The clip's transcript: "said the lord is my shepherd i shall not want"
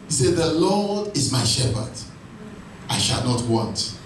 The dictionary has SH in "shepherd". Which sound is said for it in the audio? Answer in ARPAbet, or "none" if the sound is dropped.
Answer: SH